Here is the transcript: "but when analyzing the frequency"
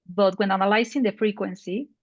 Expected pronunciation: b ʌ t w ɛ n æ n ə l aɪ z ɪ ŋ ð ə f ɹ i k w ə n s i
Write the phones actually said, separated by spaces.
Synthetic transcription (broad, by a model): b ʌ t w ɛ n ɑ n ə l aɪ s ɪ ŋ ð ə f ɹ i k w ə n s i